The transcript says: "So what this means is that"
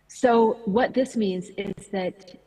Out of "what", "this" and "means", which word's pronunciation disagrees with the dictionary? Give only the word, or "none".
none